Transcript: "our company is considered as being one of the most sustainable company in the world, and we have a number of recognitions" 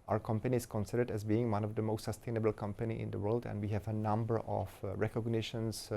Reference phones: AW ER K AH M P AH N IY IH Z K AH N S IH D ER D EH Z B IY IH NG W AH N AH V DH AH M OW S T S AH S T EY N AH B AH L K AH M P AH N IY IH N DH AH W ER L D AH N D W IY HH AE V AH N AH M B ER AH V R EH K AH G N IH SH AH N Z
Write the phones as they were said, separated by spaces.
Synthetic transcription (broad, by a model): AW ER K AH M P AH N IY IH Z K AH N S IH D ER D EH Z B IY IH NG W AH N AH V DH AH M OW S T S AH S T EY N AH B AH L K AH M P AH N IY IH N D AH W ER L D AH N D W IY HH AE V AH N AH M B ER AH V R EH K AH G N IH SH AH N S